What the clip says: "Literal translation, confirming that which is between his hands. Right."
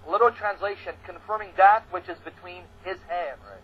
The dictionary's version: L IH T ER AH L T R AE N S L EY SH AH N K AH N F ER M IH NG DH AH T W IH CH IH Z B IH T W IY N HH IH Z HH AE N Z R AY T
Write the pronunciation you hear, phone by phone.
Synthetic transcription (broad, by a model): L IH T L T R AE N S L EY SH AH N K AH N F ER M IH NG DH AH T W IH CH IH Z B IH T W IY N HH IH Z HH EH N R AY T